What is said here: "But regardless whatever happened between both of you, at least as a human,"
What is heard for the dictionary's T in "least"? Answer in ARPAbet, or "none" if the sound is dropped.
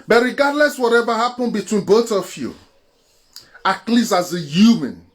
none